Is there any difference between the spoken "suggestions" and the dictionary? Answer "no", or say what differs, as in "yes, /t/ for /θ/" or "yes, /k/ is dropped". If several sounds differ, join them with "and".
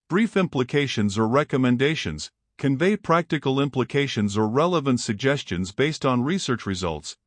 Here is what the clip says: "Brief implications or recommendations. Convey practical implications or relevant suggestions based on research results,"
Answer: no